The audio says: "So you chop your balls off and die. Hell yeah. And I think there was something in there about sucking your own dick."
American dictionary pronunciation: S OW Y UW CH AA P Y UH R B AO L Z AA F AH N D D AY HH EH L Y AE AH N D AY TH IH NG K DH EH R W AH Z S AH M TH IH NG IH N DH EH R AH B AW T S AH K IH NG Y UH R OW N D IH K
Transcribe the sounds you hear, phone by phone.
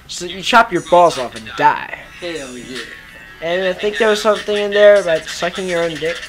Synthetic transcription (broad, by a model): S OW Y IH CH AA P Y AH R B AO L Z AA F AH N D D AY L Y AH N AY TH IH NG K DH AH R W AH Z S AH M TH IH NG IH N DH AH R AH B AW T S AH K IH NG Y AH R OW N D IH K